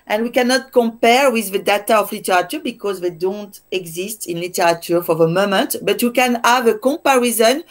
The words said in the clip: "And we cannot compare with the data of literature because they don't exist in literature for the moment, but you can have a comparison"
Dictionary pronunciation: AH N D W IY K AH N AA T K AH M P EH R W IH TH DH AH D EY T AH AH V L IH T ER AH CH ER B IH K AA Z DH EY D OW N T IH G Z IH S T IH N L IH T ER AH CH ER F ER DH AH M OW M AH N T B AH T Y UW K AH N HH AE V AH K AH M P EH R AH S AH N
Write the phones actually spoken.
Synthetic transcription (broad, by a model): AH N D W IY K AH N AA T K AH M P EH R W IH DH AH D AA T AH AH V L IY T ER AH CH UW B IH K AA Z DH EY D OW N T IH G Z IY S T IH N L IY T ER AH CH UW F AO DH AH M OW M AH N T B AH T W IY K AH N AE V AH K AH M P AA R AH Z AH N